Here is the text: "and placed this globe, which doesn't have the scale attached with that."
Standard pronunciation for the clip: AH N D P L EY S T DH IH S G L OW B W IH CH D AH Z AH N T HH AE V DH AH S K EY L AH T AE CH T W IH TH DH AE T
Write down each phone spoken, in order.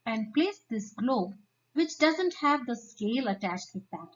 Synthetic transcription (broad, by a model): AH N D P L EY S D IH S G L OW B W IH CH D AH Z AH N T HH AE V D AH S K EY L AH T AE CH T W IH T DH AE T